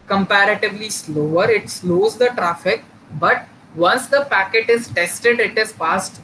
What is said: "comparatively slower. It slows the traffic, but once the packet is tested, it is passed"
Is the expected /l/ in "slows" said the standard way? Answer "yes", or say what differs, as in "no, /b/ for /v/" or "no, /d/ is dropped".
yes